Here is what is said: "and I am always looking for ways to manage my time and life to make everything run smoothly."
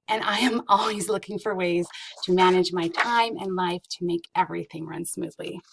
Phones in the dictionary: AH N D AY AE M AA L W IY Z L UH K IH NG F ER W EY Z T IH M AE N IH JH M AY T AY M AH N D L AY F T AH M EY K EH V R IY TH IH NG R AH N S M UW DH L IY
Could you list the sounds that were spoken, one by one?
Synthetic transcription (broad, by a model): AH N AY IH M AA L W IY Z L UH K IH NG F ER W EY Z T IH M AE N IH JH M AY T AY M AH N L AY F T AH M EY K EH V R IY TH IH NG R AH N S M UW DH L IY